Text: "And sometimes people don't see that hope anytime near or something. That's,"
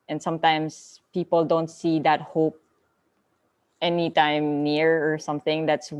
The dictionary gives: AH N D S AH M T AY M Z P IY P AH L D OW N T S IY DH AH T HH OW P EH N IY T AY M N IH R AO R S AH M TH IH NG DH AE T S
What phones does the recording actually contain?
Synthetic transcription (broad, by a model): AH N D S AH M T AY M S P IY P AH L D OW N T S IY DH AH T HH OW P EH N IY T AY M N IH R AO R S AH M TH IH NG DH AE T S